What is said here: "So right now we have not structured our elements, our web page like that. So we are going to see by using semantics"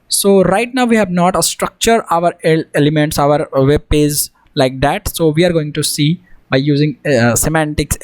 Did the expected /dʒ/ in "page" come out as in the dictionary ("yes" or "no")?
no